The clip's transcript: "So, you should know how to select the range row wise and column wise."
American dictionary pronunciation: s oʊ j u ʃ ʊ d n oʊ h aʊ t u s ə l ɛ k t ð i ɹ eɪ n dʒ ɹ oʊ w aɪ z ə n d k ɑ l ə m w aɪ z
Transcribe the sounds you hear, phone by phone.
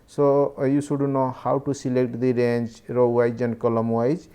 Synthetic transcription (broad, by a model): s oʊ j u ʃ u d n oʊ h aʊ t u s ə l ɛ k t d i ɹ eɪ n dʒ ɹ oʊ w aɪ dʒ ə n k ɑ l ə m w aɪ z